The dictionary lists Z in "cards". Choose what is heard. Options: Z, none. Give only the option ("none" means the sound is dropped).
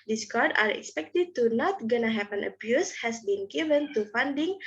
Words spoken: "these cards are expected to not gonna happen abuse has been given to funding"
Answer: none